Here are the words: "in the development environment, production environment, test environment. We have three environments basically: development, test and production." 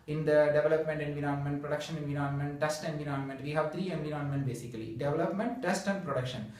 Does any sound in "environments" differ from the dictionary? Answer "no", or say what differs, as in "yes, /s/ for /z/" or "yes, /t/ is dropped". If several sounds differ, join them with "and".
yes, /s/ is dropped